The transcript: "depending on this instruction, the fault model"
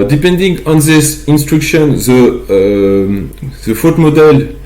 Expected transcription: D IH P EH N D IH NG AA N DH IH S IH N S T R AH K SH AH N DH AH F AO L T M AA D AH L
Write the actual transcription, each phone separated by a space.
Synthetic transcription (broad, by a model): D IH P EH N D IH NG AA N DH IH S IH N S T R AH K SH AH N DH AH F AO T M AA D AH L